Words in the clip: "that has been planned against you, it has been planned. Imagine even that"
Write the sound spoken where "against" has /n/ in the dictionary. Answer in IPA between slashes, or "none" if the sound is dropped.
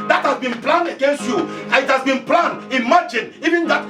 /n/